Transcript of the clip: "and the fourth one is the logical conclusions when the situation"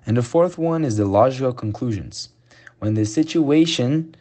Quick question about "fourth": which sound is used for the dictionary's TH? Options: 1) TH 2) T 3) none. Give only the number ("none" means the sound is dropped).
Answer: 1